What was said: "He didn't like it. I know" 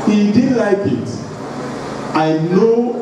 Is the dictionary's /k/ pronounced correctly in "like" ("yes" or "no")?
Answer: yes